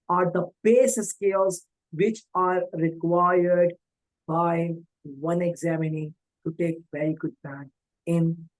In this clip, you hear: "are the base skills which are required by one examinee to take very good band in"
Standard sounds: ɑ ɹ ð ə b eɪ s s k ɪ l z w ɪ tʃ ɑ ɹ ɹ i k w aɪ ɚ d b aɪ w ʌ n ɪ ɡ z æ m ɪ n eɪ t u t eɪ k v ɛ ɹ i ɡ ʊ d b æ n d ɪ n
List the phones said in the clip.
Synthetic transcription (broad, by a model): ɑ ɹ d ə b eɪ s s k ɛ l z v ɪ tʃ ɑ ɹ ɹ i k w aɪ ɚ d b aɪ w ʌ n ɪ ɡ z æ m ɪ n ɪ t u t eɪ k v ɛ ɹ i ɡ ʊ d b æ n ɪ n